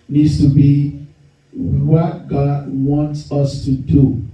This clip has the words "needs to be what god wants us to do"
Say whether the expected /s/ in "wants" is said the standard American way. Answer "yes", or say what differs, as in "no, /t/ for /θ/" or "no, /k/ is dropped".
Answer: yes